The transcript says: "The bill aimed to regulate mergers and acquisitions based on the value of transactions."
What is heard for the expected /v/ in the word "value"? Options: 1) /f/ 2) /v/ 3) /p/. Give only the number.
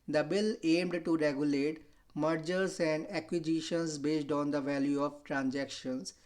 2